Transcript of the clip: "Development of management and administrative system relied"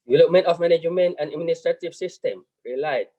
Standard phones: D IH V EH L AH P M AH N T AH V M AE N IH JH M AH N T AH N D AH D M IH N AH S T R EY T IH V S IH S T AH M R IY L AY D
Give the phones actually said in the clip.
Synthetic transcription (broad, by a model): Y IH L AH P M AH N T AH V M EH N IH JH M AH N AH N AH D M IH N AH S T R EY T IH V S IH S T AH M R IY L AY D